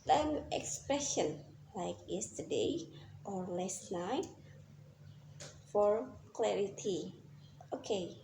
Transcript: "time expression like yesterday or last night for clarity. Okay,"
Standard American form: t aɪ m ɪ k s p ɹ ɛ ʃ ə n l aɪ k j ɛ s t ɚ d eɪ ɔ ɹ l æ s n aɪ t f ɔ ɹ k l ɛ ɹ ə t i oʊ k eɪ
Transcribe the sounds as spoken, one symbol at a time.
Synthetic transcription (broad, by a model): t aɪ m ɪ k s p ɹ ɛ ʃ ə n l aɪ k j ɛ s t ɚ d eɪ ɔ ɹ l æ s n aɪ t f ɔ ɹ k l ɛ ɹ ə t i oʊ k eɪ